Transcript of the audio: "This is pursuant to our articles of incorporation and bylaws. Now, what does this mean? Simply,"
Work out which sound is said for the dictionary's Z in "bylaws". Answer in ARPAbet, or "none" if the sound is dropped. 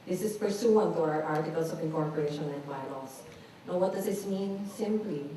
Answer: S